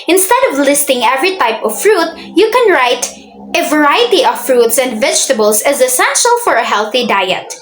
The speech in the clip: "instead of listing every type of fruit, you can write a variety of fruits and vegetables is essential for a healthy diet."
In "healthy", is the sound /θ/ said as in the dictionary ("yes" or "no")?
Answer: yes